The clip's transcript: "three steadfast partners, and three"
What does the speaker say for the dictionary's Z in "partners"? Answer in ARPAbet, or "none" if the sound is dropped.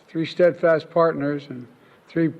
Z